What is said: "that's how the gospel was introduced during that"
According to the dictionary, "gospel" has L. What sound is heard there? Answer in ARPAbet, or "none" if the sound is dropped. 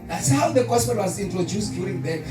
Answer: N